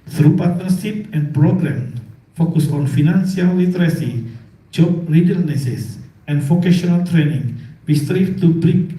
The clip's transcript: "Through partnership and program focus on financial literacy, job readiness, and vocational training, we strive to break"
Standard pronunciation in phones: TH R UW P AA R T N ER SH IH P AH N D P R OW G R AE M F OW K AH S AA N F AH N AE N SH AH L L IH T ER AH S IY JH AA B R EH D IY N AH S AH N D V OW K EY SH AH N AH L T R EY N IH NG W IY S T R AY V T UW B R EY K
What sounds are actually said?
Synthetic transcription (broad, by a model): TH R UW P AA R T N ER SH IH P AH N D P R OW G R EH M F OW K AH S AA N F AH N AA N S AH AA L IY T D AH S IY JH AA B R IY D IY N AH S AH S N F OW K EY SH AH N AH L T R EY N IH NG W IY S T R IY F T UW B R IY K